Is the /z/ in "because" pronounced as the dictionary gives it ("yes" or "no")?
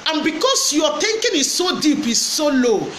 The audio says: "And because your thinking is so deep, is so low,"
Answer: no